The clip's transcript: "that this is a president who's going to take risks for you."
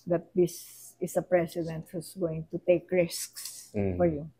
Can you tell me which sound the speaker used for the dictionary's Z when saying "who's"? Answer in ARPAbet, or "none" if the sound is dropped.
S